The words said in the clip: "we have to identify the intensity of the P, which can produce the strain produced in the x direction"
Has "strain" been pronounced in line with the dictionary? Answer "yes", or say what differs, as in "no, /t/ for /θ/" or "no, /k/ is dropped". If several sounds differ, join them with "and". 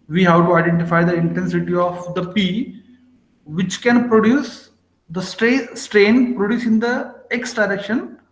yes